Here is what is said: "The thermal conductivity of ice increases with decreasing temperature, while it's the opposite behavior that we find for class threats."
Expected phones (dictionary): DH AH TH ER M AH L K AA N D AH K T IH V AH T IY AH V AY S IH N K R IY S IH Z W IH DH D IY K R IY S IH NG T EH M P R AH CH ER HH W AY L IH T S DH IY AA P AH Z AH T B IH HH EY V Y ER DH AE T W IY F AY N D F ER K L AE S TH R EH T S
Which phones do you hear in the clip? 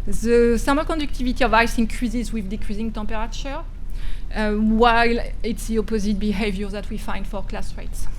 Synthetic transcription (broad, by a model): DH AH S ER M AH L K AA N D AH K T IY V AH T IY AH V AY S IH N K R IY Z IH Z W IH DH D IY K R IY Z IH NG T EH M P R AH CH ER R W AY L IH T S DH IY AA P AH Z AH T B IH HH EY V Y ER DH AE T W IY F AY N D F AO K L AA S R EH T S